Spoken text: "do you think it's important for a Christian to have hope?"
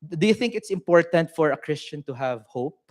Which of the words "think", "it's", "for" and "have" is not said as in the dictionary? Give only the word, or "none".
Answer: none